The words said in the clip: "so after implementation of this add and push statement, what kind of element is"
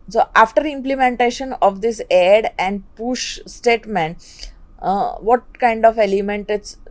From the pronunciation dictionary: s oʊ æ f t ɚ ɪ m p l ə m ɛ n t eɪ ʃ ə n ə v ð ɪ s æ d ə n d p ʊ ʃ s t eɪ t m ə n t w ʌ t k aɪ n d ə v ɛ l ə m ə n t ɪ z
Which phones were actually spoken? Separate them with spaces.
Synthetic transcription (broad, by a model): s oʊ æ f t ɚ ɪ m p l ə m ɛ n t eɪ ʃ ə n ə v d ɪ s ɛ d ə n d p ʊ ʃ s t eɪ t m ə n t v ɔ t k aɪ n d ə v ɛ l ə m ə n t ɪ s